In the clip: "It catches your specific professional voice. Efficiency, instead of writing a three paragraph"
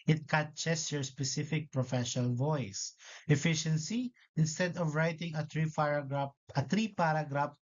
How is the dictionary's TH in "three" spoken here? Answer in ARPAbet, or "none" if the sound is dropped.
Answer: T